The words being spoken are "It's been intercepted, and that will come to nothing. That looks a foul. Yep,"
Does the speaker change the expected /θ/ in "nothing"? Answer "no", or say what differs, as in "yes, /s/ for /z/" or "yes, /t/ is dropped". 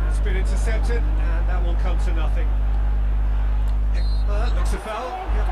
no